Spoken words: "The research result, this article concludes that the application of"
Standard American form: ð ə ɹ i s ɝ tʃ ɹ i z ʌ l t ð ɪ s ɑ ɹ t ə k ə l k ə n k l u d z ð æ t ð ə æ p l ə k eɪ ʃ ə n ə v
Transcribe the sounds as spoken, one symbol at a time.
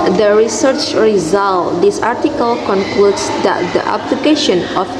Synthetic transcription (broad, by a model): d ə ɹ i s ɝ tʃ ɹ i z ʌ l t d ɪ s ɑ ɹ t ə k ə l k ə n k l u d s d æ t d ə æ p l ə k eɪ ʃ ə n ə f